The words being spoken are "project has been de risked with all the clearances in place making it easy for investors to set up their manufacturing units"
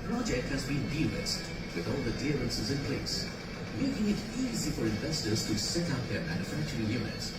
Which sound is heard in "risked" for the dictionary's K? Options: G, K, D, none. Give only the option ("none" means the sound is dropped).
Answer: none